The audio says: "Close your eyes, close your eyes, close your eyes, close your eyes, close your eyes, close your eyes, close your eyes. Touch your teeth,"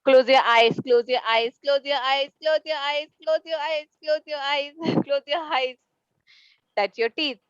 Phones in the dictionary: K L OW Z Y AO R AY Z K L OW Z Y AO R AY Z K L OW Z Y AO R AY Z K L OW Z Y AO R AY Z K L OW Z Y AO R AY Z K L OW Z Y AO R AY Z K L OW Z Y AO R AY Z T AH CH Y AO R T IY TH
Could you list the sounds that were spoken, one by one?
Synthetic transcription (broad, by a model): K L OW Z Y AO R AY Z K L OW Z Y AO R AY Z K L OW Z Y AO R AY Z K L OW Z Y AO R AY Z K L OW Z Y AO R AY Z K L OW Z Y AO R AY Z K L OW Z Y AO AY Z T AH S Y AO R T IY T